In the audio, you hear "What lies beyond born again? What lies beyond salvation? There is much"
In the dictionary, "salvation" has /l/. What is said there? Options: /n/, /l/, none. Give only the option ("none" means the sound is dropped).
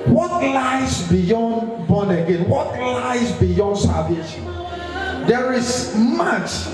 none